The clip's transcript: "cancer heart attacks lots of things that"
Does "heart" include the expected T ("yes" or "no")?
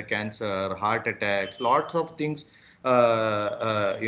yes